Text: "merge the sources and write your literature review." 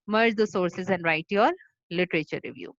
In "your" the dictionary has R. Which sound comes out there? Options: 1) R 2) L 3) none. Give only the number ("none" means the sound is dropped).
2